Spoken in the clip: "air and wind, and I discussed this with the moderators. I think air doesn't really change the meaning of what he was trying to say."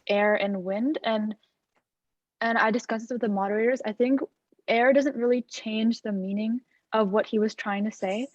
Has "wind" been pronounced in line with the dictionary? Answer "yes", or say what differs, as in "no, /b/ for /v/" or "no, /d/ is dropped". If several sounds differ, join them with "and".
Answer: yes